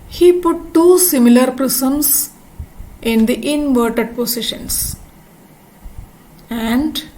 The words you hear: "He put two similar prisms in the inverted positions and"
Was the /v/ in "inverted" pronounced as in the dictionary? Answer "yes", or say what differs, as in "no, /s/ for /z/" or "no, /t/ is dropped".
yes